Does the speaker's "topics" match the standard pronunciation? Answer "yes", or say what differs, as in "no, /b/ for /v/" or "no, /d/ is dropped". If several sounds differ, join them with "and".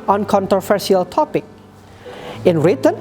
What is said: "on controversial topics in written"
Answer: no, /s/ is dropped